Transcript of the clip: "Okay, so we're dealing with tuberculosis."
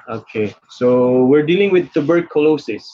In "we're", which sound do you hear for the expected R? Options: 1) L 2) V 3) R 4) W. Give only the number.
3